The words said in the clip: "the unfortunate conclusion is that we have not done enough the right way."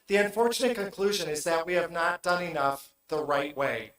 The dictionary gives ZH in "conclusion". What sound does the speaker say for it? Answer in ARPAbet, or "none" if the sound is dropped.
ZH